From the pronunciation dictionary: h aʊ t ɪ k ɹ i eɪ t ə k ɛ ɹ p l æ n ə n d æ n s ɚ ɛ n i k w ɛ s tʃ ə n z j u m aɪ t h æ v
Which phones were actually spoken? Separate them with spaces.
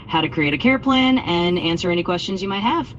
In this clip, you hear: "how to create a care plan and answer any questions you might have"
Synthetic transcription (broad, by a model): h aʊ t ɪ k ɹ i eɪ t ə k ɛ ɹ p l æ n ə n æ n s ɚ ɛ n i k w ɛ s tʃ ə n z j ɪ m aɪ t h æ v